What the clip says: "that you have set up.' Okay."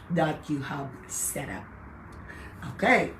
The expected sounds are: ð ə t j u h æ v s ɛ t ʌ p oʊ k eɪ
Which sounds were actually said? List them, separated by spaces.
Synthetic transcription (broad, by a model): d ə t j u h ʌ b s ɛ t ʌ p oʊ k eɪ